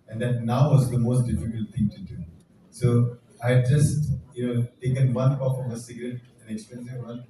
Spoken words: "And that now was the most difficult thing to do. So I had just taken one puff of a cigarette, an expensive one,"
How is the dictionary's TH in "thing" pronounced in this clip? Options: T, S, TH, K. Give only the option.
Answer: T